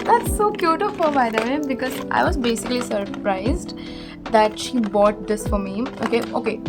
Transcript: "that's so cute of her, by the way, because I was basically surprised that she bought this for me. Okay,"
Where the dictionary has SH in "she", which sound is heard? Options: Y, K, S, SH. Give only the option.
SH